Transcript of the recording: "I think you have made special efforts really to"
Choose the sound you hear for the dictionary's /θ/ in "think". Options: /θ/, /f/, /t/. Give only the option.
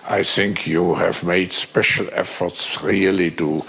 /θ/